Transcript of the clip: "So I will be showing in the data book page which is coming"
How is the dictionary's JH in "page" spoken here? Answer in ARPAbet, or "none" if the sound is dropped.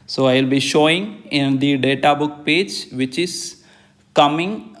JH